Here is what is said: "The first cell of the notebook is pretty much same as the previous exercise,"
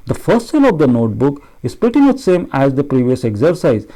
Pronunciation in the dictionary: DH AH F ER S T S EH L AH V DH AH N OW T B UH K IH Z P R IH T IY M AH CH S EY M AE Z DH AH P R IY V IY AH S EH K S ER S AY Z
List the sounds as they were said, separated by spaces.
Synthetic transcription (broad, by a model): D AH F ER S T S EH L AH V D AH N OW T B UH K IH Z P IH T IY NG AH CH S EY M AE Z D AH P R IY V IY AH S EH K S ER S AY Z